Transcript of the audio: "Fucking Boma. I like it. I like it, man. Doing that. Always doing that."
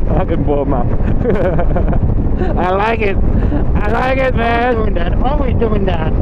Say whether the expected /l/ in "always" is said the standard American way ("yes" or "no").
no